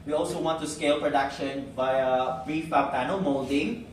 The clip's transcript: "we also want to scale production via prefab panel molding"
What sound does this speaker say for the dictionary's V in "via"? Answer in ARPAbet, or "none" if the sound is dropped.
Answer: B